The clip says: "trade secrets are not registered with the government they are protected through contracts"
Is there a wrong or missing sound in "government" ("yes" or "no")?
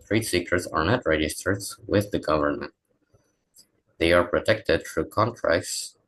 no